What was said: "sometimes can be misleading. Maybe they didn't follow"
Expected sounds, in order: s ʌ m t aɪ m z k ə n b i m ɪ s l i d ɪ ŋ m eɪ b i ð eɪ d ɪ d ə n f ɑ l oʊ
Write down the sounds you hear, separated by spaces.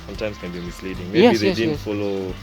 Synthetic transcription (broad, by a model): s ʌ m t aɪ m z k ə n b i m ɪ s l i d ɪ ŋ m eɪ i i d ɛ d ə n f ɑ l oʊ